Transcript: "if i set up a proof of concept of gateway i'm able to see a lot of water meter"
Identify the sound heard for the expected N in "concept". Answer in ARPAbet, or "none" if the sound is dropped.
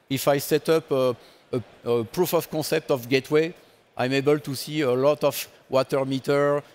none